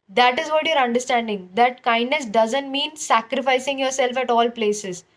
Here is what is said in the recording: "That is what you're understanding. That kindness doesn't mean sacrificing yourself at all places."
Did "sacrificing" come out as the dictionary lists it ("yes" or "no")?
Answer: yes